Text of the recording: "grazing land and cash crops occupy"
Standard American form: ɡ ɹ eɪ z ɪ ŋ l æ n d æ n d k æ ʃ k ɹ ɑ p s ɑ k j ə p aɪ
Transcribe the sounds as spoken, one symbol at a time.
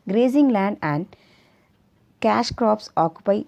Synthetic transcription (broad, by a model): ɡ ɹ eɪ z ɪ ŋ l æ n d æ n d k æ ʃ k ɹ ɑ p s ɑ k j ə p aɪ